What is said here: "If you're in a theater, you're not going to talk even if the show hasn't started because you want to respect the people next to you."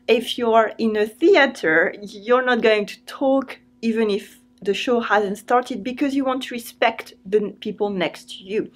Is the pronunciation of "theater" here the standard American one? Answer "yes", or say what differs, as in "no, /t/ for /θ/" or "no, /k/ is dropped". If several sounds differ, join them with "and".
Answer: yes